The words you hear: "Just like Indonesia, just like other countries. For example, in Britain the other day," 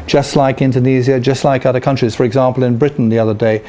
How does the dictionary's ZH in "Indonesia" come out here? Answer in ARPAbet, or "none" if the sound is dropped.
Z